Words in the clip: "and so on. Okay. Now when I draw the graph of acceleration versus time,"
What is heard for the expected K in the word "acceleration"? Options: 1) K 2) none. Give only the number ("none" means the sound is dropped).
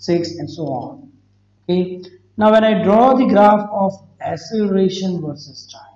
2